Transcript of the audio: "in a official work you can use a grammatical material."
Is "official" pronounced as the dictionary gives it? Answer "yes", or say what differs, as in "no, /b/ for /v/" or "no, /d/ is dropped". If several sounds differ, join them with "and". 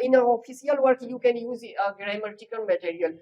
no, /s/ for /ʃ/